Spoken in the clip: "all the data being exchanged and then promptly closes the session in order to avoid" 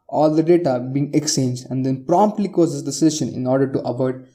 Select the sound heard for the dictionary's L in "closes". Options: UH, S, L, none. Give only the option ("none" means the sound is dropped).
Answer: none